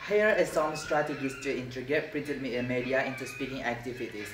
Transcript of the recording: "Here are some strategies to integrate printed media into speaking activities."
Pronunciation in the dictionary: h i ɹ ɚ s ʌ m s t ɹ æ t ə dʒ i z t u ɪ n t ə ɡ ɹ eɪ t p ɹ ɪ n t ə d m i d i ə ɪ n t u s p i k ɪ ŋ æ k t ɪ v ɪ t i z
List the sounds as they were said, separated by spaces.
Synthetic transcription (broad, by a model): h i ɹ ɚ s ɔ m s t ɹ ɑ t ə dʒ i s t u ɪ n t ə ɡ eɪ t p ɹ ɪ n t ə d m i d i ə ɪ n t u s p i k ɪ ŋ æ k t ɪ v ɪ t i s